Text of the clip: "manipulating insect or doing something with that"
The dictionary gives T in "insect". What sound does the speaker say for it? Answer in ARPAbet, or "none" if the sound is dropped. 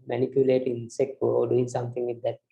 none